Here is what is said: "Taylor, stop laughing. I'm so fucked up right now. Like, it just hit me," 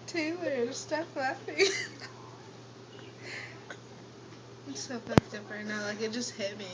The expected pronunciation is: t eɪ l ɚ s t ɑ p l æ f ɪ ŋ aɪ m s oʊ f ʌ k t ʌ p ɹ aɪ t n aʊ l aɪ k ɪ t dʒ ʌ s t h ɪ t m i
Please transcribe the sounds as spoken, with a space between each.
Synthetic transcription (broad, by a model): t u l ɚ s t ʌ f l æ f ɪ s oʊ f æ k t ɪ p ɹ aɪ t n aʊ l aɪ k ɪ t dʒ ʌ s t h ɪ t m i